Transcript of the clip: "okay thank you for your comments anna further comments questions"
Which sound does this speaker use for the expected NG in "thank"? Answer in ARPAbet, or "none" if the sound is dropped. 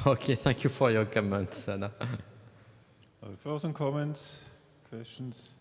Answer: NG